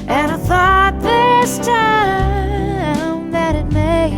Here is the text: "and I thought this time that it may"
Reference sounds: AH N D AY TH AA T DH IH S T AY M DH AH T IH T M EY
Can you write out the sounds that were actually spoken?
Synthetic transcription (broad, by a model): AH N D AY TH AA T DH IH S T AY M DH AH T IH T M EY